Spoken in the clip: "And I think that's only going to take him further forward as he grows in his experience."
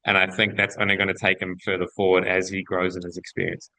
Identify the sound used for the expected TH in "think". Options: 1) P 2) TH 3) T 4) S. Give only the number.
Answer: 2